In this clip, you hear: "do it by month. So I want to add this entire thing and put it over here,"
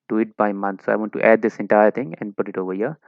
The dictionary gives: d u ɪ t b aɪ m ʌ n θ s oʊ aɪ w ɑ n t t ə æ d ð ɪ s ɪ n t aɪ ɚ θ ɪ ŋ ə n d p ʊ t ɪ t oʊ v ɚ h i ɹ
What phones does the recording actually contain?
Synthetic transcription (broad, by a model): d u ɪ t b aɪ m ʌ n t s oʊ aɪ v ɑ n t t ə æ d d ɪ s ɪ n t aɪ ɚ t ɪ ŋ ə n d p ʊ t ɪ t oʊ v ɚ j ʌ